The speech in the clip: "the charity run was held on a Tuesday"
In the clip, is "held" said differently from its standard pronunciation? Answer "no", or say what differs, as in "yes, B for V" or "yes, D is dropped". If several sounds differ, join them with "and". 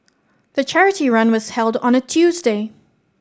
no